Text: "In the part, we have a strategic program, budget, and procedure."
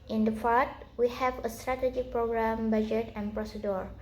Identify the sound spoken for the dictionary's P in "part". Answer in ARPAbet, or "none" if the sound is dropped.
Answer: F